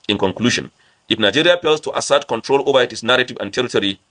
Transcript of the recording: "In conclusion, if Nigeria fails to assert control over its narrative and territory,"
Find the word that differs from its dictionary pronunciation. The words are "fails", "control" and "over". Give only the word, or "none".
fails